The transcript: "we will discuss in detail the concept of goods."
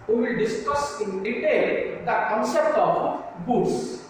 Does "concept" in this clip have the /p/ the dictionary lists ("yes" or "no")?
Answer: no